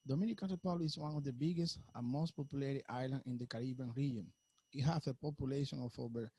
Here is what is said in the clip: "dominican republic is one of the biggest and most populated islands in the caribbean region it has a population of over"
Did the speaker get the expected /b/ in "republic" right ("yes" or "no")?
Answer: no